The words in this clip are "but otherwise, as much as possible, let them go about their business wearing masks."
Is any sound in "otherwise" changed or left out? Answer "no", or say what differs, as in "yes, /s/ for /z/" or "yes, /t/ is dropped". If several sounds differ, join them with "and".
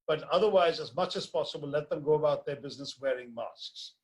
no